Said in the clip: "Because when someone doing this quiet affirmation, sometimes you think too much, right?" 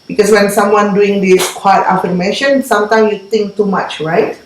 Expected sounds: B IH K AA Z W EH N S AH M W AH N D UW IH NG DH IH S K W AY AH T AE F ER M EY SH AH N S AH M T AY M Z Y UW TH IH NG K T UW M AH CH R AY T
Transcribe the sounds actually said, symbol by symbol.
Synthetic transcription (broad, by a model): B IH K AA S W EH N S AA M W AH N D UW IH NG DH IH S K W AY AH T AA F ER M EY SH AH N S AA M T AY M Y UW T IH NG K T UW M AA CH R AY T